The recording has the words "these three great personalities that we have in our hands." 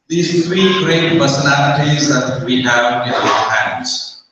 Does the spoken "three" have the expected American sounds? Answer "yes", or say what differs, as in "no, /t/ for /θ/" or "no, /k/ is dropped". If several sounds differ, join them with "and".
no, /t/ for /θ/